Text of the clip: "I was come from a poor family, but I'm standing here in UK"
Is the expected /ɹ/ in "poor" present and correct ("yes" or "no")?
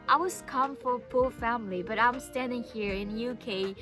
no